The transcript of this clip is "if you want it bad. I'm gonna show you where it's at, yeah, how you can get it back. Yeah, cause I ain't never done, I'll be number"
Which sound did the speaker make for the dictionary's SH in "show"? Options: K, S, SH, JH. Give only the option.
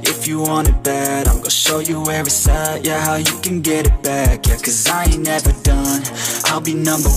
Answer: SH